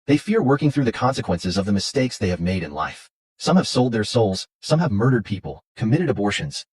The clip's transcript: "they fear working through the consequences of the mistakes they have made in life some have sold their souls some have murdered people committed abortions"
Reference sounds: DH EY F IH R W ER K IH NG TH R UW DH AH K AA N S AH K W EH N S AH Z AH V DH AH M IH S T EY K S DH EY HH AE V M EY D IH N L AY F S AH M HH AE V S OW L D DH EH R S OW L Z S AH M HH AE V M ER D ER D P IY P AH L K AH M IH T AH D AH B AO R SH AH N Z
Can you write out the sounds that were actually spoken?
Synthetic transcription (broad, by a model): DH EY F IH R W ER K IH NG TH R UW DH AH K AA N S AH K W EH N S AH Z AH V DH AH M IH S T EY K S DH EY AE V M EY D IH N L AY F S AH M HH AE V S OW L D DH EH R S OW L Z S AH M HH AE V M ER D ER D P IY P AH L K AH M IH T AH D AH B AO R SH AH N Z